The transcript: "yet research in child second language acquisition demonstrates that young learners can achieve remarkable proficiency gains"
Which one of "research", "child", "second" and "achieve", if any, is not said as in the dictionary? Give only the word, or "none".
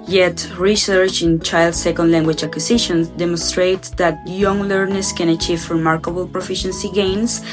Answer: none